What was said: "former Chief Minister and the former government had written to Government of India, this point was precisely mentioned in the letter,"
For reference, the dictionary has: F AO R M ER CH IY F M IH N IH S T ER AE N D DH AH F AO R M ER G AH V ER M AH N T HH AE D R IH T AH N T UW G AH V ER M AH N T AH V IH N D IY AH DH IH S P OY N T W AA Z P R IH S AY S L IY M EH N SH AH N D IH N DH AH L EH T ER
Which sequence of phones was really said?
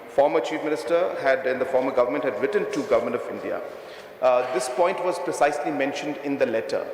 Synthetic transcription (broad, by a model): F AO R M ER CH IY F M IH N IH S T ER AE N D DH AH F AO R M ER G AH V ER M AH N T HH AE D R IH T AH N T UW G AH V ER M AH N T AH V IH N D IY AH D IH S P OY N T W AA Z P R IH S AY S L IY M EH N SH AH N D IH N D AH L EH T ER